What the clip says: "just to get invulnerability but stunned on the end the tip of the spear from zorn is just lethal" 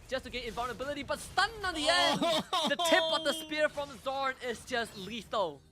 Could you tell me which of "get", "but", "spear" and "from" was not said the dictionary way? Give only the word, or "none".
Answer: get